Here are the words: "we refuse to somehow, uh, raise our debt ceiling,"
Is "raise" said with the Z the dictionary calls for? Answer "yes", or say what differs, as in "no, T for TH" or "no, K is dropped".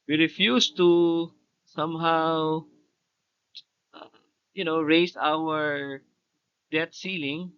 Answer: no, S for Z